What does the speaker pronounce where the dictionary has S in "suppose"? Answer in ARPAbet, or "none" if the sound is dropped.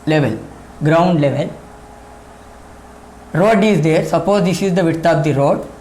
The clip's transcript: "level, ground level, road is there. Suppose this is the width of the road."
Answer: S